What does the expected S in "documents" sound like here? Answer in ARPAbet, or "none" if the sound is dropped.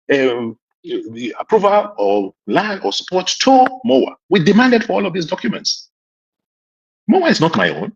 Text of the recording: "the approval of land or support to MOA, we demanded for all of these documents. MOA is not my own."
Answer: S